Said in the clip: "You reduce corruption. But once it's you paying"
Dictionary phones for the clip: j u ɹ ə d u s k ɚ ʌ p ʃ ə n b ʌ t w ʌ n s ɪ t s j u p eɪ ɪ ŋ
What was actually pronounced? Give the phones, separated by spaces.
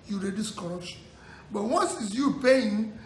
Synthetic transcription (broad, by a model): j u ɹ ə d u s k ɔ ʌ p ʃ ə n b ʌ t w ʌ n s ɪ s j u p eɪ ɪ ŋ